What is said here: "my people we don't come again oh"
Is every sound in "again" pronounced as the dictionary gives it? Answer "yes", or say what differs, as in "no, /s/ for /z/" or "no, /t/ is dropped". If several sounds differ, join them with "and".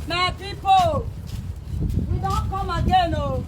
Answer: yes